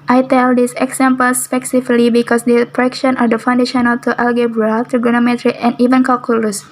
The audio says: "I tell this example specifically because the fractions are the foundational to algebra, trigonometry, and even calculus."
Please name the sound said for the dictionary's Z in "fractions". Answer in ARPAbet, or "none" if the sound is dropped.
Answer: none